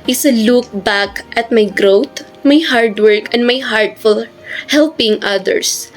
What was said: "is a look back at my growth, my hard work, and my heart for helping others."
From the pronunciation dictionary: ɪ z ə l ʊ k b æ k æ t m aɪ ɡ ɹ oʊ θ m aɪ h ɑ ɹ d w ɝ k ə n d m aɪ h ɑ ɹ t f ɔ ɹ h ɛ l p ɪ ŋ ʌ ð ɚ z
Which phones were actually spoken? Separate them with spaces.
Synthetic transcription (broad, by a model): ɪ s ə l ʊ k b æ k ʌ t m aɪ ɡ ɹ oʊ t m aɪ h ɑ ɹ d w ɝ k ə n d m aɪ h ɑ ɹ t f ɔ l h ɛ l p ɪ ŋ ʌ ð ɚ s